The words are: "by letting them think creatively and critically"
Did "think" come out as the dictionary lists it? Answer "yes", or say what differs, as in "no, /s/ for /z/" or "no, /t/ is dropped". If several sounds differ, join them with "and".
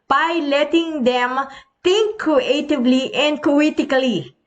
no, /t/ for /θ/